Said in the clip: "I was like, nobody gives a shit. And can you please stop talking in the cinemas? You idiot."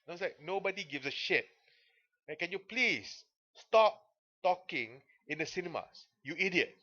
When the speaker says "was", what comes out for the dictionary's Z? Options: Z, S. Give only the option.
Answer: S